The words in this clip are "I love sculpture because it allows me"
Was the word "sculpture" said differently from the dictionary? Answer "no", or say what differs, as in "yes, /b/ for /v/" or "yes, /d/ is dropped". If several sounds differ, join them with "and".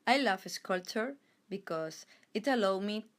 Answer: yes, /p/ is dropped